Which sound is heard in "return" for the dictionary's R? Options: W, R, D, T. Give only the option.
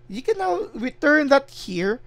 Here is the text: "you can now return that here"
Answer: W